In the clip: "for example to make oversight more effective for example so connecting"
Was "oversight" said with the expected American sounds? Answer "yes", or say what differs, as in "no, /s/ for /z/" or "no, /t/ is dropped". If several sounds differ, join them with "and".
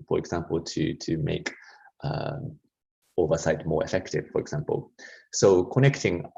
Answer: yes